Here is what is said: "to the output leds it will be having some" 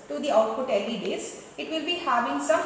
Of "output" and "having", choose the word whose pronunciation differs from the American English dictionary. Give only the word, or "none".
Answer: output